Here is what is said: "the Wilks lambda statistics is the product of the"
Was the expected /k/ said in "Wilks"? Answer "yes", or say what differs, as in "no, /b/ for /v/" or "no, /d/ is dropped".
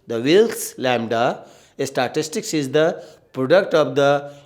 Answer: no, /k/ is dropped